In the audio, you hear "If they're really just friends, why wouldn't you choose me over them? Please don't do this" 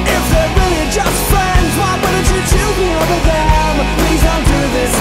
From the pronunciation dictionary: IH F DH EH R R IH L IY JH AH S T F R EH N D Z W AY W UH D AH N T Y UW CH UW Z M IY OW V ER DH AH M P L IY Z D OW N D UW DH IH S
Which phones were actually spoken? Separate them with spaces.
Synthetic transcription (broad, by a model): IH F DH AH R R IH L IY JH AH S T F R EH N D Z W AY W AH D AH T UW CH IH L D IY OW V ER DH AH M P L IY Z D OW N D UW DH IH S